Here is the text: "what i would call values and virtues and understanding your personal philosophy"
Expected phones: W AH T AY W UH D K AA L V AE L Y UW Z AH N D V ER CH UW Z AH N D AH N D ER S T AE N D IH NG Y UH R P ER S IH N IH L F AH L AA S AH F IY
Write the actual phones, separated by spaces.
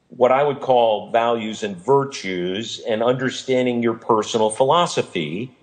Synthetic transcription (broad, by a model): W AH T AY W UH D K AA L V AE L Y UW Z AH N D V ER CH UW Z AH N AH N D ER S T AE N D IH NG Y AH R P ER S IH N L F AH L AA S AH F IY